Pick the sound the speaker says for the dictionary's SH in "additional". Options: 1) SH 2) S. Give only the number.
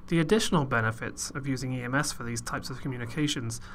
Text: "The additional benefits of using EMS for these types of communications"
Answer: 1